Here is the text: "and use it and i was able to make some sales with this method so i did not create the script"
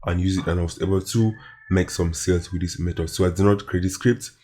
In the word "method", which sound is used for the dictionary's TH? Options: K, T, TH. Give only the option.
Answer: T